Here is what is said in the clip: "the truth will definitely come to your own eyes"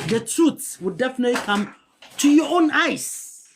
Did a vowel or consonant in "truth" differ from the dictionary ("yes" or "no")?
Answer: yes